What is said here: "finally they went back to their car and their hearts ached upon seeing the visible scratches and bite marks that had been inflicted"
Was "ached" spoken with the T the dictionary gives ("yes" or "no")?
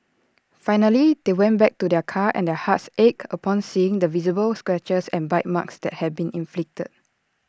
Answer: no